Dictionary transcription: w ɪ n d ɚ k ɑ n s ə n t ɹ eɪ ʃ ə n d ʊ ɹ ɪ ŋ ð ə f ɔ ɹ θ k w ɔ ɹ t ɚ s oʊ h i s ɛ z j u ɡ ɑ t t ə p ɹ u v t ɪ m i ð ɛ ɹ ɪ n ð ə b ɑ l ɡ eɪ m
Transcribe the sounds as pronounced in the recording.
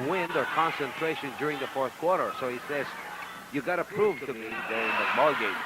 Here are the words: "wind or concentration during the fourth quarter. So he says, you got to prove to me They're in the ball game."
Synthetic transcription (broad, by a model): w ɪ n d ɚ k ɑ n s ə n t ɹ eɪ ʃ ə n d ʊ ɹ ɪ ŋ ð ə f ɔ ɹ θ k w ɔ ɹ t ɚ s oʊ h i s ɛ z j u ɡ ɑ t t ə p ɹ u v t ɪ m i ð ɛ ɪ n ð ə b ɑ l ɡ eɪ